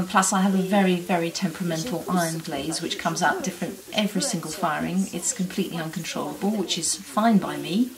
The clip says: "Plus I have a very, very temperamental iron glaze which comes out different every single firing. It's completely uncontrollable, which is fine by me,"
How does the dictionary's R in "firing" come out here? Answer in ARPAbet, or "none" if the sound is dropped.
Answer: R